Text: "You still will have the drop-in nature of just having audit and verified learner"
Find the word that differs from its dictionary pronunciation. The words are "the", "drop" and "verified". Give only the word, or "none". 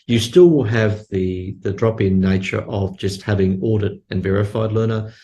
none